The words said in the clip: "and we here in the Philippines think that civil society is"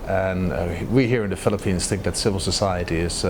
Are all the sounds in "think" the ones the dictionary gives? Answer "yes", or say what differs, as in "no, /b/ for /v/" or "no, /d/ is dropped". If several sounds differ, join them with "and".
yes